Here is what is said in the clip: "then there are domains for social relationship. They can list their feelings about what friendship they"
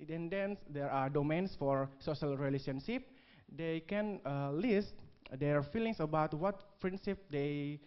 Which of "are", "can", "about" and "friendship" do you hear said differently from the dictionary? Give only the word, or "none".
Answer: friendship